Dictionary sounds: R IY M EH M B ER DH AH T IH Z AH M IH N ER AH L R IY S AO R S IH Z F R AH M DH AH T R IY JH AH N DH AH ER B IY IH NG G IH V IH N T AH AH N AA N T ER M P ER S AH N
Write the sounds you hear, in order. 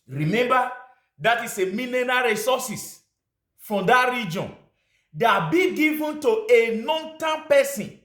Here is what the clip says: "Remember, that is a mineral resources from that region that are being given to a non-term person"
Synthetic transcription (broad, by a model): R IY M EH M B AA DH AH T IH S AH M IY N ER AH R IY S AO S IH S F R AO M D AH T R IY JH AH N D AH B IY G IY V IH N T AH AH N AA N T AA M P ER S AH N